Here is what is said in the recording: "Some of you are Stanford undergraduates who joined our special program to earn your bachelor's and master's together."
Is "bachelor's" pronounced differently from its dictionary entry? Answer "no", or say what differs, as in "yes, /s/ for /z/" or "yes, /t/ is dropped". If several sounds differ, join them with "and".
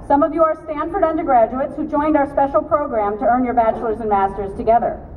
no